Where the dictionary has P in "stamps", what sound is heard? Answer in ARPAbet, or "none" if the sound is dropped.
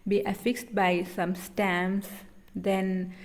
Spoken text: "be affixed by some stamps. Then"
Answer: none